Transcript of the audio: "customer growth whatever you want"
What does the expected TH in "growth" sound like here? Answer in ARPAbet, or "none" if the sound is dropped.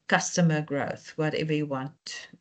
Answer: TH